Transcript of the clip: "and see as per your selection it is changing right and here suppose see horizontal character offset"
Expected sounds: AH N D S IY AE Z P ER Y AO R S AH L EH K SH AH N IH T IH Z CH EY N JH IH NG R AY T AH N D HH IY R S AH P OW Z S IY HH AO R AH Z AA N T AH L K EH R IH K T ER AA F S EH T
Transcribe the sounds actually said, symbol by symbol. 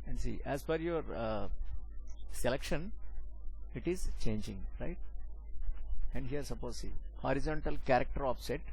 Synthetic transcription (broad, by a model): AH N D S IY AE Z F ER Y AO R S AH L EH K SH AH N IH T IH Z CH EY N JH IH NG R AY T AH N D HH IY R S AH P OW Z S IY HH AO R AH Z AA N T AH L K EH R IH K T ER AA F S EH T